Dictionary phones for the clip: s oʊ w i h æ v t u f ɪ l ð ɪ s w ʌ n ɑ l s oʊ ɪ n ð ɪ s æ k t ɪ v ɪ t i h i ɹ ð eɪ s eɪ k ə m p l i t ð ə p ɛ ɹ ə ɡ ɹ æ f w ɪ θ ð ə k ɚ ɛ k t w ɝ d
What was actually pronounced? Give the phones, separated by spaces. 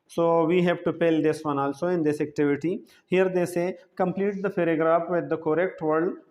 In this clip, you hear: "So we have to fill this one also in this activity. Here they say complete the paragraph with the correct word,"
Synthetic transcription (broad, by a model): s oʊ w i h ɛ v t u p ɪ l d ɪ s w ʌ n ɑ l s oʊ ɪ n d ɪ s æ k t ɪ v ɪ t i h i ɹ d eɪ s eɪ k ə m p l i t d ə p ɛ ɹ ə ɡ ɹ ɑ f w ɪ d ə k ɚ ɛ k t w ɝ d